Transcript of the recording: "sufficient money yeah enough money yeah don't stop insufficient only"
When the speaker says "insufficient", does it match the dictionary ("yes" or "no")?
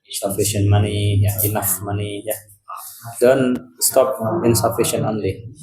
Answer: no